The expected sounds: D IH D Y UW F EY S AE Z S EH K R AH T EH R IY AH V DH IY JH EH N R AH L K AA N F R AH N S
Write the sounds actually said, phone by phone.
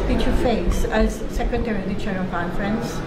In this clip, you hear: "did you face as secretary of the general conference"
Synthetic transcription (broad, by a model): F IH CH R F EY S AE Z S EH K R AH T EH R IY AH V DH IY CH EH R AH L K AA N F R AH N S